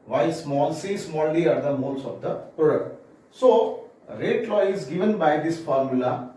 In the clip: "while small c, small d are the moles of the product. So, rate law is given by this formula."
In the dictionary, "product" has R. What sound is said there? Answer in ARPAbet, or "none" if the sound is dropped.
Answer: none